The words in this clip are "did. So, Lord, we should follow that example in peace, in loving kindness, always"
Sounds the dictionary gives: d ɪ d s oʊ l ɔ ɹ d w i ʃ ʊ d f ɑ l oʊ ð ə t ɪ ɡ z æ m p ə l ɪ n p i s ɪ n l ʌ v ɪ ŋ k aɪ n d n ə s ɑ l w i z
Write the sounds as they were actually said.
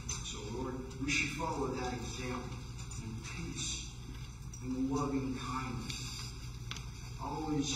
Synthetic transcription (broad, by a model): s oʊ l ɔ ɹ d w i ʃ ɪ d f ɑ l oʊ ð ə t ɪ ɡ z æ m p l ɪ n p i s ɪ n l ʌ v ɪ ŋ k aɪ n d n ə s ɑ l w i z